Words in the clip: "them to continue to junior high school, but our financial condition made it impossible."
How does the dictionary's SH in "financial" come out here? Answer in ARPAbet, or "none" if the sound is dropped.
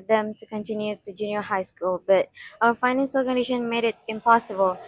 S